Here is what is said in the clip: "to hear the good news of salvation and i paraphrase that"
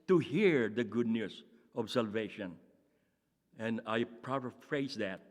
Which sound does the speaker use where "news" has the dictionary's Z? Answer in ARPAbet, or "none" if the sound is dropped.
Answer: S